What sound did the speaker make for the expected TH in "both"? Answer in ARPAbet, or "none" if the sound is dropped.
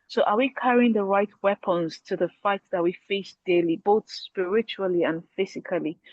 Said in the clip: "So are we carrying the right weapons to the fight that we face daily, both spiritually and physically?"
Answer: TH